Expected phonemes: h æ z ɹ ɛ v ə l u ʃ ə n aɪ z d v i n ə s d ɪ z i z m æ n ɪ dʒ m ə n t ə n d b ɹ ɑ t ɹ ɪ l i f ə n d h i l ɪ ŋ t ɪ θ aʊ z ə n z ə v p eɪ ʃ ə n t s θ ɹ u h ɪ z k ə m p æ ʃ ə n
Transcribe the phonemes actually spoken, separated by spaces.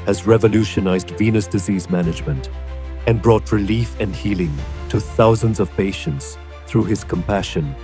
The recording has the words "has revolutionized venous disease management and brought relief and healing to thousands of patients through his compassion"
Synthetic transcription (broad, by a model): h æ z ɹ ɛ v ə l u ʃ ə n aɪ z d v i n ə s d ɪ z i z m æ n ɪ dʒ m ə n t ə n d b ɹ ɑ t ɹ ɪ l i f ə n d h i l ɪ ŋ t ɪ θ aʊ z ə n z ə v p eɪ ʃ ə n t s θ ɹ u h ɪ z k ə m p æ ʃ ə n